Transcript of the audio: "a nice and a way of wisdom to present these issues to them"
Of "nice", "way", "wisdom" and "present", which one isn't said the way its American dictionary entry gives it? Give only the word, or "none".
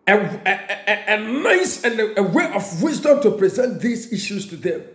none